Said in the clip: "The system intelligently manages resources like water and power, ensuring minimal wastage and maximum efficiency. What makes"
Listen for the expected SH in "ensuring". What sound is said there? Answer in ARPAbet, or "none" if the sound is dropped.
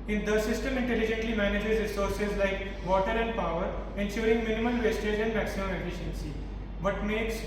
S